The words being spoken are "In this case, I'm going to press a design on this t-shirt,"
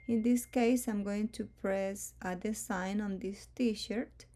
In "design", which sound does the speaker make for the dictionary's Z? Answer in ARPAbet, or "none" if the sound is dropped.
S